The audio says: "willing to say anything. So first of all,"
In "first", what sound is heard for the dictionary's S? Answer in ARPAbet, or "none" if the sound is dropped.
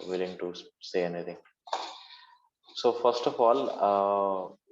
S